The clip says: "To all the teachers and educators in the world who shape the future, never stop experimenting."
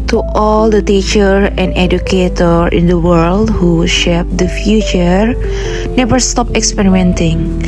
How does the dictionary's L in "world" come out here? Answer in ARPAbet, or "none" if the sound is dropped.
L